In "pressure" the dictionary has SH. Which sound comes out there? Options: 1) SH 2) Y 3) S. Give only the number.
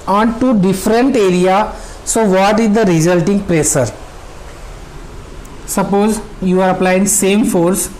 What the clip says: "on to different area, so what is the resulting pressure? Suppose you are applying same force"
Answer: 3